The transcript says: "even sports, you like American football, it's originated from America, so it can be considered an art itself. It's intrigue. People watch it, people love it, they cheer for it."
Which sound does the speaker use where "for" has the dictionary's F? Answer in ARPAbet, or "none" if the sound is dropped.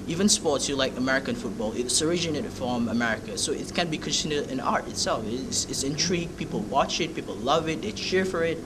F